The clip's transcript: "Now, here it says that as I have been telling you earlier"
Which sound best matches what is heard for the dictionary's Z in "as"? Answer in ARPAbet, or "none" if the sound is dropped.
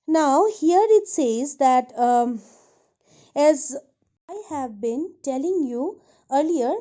Z